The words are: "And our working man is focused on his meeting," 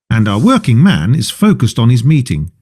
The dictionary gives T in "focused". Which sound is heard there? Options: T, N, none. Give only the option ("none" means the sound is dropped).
T